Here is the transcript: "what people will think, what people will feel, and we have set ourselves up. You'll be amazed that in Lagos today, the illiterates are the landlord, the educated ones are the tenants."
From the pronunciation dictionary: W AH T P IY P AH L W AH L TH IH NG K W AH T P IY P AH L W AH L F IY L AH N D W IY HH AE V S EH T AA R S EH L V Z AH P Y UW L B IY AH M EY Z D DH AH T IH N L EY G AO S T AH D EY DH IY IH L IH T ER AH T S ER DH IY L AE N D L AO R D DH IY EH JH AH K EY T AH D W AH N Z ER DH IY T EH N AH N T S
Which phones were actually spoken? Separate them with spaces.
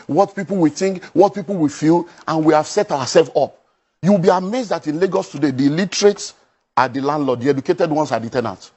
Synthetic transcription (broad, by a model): W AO T P IY P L W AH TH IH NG K W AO T P IY P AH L W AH F IY L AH N W IY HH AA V S EH T AA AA S EH L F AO P Y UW W B IY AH M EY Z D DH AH T IH N L EY G AO S T AH D EY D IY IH L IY T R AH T S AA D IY L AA N D L AO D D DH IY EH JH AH K EY T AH D W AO N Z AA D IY T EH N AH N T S